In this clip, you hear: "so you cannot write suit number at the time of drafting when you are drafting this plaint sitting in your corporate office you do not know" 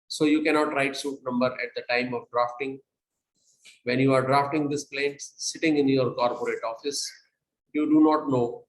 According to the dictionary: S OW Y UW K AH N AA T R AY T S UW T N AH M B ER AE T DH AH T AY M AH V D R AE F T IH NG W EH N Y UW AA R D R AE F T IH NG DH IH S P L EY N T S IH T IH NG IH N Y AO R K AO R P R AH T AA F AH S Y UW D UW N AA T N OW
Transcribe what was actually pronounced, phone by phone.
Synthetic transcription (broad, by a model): S OW Y UW K AH N AA T R AY T S UW T N AH M B ER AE T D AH T AY M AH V D R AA F T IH NG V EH N Y UW AA R D R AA F T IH NG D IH S P L EY N T S IH T IH NG IH N Y AO R K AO R P R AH T AA F AH S Y UW D UW N AA T N OW